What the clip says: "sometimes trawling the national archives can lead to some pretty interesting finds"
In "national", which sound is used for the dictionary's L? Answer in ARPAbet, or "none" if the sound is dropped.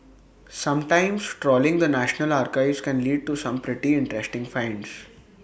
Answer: L